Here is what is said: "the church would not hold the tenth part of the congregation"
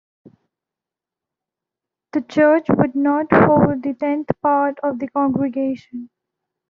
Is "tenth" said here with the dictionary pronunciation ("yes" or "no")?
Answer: no